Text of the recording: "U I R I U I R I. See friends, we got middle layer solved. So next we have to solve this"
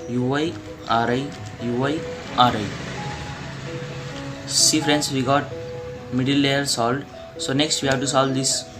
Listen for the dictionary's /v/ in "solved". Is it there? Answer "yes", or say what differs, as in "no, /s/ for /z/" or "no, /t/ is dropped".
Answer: no, /v/ is dropped